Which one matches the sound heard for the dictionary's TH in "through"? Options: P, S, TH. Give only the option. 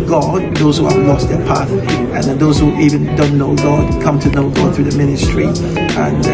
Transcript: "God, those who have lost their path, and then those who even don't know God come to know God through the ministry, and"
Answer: TH